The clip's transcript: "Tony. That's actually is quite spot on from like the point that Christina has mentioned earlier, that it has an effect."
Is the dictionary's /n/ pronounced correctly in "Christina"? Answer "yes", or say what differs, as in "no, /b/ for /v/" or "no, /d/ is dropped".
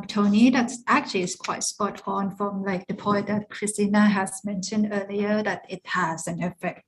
yes